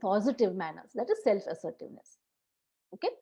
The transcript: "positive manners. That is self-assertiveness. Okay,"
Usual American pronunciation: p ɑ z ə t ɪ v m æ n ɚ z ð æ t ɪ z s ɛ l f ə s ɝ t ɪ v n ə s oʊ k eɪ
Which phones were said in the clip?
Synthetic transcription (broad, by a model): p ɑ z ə t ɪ v m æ n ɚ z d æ t ɪ z s ɛ l f ə s ɝ t ɪ v n ə s oʊ k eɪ